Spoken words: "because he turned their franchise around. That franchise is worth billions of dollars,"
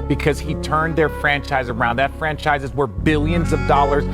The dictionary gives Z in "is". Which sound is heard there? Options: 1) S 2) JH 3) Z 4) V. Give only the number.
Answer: 3